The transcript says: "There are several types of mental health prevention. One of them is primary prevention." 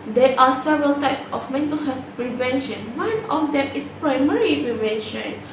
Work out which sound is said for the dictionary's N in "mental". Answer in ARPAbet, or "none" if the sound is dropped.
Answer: N